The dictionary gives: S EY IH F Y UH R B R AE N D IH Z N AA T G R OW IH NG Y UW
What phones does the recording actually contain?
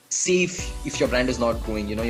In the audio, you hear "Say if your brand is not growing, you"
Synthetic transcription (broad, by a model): S EY IH F Y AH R B R AE N D IH Z N AA T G OW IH NG Y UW